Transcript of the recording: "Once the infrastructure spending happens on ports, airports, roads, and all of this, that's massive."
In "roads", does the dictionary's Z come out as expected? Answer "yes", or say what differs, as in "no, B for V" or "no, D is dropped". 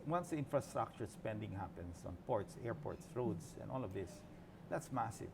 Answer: no, S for Z